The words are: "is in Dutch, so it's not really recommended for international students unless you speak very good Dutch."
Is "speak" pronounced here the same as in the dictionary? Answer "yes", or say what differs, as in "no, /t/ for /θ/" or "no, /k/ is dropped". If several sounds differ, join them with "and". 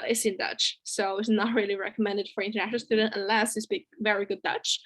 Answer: no, /b/ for /p/